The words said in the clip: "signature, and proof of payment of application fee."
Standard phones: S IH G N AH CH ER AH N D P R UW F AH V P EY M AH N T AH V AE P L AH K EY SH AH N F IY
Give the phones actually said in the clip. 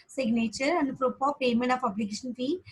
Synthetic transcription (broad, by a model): S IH G N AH CH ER AH N D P R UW P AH P EY M AH N T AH F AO B L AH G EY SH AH N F IY